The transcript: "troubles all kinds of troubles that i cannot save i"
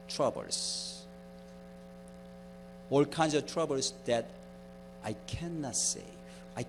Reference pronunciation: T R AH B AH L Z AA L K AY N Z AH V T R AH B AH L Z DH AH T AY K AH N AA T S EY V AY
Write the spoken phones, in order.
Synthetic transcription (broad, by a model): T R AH B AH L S AA L K AY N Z AH V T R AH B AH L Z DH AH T AY K AH N AA T S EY AY